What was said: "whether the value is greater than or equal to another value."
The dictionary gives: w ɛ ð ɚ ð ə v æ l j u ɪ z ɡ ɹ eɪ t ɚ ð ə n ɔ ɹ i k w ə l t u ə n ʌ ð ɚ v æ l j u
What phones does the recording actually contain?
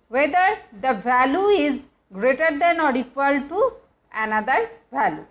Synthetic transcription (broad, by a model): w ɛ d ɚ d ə v æ l j u ɪ z ɡ ɹ eɪ t ɚ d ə n ɔ ɹ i k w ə l t u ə n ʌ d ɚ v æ l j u